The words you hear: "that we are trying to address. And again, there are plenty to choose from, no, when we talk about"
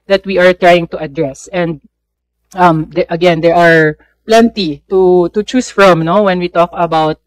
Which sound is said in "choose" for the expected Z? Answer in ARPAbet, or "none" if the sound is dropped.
S